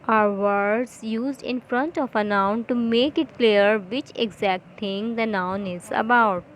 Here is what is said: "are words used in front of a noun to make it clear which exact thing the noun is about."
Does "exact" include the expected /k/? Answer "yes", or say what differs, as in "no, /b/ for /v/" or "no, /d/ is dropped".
yes